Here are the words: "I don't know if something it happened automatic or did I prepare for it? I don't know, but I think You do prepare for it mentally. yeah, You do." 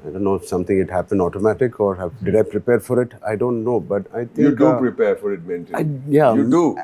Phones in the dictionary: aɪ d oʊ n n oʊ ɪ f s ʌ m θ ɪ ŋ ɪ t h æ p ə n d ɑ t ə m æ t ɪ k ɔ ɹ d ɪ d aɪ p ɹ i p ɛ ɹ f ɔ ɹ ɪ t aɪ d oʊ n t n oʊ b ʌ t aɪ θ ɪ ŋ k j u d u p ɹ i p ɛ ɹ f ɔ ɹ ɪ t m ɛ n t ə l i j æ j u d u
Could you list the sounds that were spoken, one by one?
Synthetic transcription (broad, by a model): aɪ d oʊ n n oʊ ɪ f s ʌ m t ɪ ŋ ɪ t h æ p ə n d ɑ t ə m æ t ɪ k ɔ ɹ d ɪ d aɪ p ɹ i p ɛ ɹ f ɔ ɹ ɪ t aɪ d oʊ n t n oʊ b ʌ t aɪ t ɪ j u d u p ɹ i p ɛ ɹ f ɔ ɹ ɪ t m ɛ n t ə i j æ j u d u